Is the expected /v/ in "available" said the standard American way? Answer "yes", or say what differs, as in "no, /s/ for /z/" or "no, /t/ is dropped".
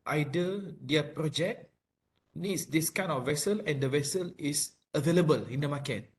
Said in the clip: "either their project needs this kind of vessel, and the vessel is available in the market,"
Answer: yes